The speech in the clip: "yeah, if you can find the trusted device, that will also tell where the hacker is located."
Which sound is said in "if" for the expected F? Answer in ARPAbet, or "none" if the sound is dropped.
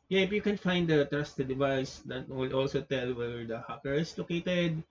P